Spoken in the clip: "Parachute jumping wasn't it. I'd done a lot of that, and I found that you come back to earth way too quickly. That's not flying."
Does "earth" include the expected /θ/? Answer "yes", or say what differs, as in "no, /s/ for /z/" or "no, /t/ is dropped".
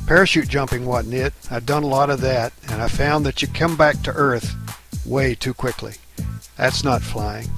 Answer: yes